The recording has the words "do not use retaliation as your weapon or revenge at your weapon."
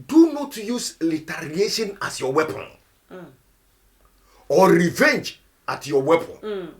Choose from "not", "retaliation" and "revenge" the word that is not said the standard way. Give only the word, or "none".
retaliation